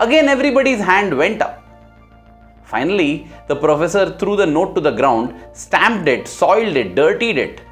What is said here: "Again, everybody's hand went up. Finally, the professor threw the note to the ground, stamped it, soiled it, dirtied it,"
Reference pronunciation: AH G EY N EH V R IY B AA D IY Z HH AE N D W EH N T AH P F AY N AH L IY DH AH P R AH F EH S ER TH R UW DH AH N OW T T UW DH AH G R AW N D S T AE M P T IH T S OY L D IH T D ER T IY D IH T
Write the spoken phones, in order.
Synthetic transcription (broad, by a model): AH G EY N EH V R IY B AA D IY Z HH AE N D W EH N T AH P F AY N AH L IY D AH P R AH F EH S ER T R UW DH AH N OW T T UW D AH G R AW N D S T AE M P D IH T S OY L D IH T D ER T IY D IH T